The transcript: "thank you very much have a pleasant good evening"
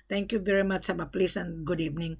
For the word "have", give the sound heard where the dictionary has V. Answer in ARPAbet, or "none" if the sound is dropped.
B